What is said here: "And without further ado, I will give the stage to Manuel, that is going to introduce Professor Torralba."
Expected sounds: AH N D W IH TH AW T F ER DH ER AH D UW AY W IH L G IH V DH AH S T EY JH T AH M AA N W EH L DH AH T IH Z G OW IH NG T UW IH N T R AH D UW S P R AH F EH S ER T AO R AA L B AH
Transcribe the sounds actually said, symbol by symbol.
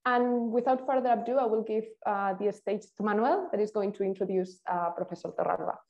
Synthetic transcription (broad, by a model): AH N W IH TH AW T F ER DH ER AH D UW AY W IH L G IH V DH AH S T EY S T AH M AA N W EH L DH AH T IH Z G OW IH NG T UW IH N T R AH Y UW S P R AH F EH S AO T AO R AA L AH